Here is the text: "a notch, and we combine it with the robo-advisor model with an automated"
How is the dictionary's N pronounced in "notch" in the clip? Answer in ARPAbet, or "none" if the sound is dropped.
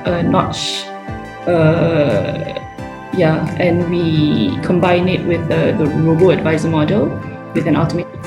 N